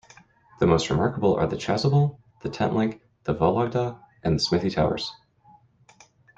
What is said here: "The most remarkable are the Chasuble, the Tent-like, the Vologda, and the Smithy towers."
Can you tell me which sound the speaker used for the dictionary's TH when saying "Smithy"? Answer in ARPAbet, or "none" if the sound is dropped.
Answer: TH